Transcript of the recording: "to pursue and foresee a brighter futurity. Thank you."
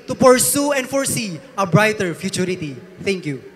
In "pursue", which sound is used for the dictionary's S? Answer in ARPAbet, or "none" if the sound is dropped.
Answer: S